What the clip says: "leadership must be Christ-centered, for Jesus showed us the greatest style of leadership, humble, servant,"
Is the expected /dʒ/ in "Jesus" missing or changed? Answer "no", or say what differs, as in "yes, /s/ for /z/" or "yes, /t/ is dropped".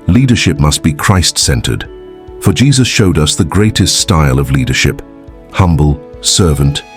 no